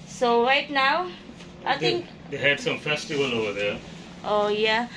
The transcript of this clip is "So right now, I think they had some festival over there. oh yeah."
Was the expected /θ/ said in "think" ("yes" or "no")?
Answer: no